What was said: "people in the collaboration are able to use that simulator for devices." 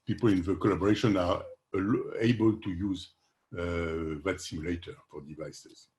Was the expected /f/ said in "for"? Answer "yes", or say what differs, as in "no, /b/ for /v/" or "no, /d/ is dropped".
yes